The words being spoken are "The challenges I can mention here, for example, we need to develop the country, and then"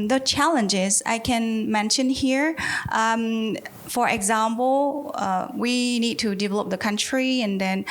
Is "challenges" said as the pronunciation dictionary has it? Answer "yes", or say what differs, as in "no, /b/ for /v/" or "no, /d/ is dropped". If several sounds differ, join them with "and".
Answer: yes